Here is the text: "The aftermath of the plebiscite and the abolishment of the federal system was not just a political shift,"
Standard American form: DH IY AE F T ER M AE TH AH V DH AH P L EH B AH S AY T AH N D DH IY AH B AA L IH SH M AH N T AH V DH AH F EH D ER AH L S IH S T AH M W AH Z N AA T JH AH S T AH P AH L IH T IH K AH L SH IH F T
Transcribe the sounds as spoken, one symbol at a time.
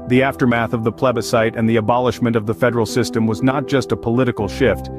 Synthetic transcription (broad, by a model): DH IY AE F T ER M AE TH AH V DH AH P L EH B AH S AY T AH N DH IY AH B AA L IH SH M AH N T AH V DH AH F EH D ER L S IH S T AH M W AH Z N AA T JH AH S T AH P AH L IH T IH K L SH IH F T